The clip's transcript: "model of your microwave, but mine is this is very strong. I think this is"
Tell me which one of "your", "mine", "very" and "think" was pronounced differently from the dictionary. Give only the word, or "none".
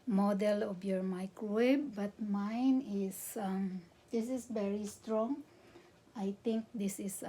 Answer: think